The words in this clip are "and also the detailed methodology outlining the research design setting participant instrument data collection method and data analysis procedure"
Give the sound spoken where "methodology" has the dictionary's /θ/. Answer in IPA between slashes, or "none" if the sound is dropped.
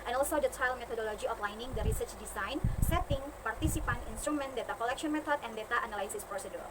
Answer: /t/